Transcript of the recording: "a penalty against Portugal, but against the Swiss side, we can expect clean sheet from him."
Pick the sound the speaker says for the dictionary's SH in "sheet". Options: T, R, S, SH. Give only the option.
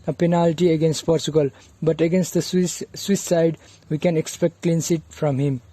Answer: S